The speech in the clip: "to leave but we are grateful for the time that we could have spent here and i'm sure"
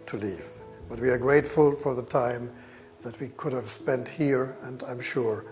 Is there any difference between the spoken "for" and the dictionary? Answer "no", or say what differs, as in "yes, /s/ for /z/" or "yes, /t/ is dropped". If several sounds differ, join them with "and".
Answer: no